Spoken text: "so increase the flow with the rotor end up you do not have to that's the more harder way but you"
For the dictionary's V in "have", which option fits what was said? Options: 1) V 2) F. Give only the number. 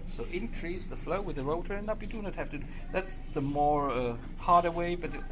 2